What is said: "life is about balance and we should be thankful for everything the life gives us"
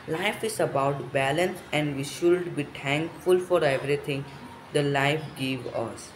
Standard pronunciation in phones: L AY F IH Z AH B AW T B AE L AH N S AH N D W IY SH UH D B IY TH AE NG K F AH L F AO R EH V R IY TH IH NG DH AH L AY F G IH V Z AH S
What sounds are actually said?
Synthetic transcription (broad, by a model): L AY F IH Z AH B AW T B AE L AH N S AH N D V IY SH UH D B IY T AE NG K F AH L F AO R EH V R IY T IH NG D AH L AY F G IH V AH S